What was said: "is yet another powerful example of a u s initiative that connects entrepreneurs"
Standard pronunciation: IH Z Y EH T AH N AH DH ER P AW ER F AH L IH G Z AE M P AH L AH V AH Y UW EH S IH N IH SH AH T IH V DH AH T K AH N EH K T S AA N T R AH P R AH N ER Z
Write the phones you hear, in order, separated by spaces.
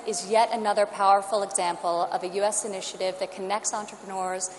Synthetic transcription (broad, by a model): IH Z Y EH T AH N AH DH ER P AW ER F L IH G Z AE M P L AH V AH Y UW EH S IH N IH SH AH T IH V DH AH T K AH N EH K T S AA N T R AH P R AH N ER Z